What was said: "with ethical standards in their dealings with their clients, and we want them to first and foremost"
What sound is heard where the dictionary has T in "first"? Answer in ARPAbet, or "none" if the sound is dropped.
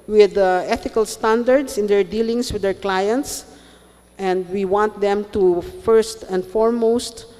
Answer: T